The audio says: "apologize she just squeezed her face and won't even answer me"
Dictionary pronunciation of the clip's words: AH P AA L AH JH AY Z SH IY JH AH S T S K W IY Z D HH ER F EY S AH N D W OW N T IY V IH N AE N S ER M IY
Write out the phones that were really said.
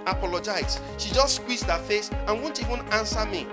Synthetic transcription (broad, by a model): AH P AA L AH JH AY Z SH IY JH AH S T S K W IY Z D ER F EY S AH N W OW N T IY V IH N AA N S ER M IY